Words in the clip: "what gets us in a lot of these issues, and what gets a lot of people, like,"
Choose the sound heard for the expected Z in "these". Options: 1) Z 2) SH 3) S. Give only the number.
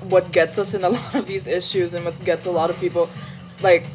1